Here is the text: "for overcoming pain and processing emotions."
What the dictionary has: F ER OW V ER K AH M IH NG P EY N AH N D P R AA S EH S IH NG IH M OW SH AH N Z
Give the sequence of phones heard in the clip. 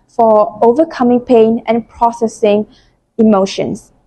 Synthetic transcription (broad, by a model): F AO OW V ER K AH M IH NG P EY N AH N P R AA S EH S IH NG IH M OW SH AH N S